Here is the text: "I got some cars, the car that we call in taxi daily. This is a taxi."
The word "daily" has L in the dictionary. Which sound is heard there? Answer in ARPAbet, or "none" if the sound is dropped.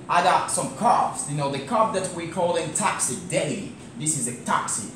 none